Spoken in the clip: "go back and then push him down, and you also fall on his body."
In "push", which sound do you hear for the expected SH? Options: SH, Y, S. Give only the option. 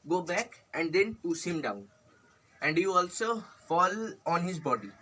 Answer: S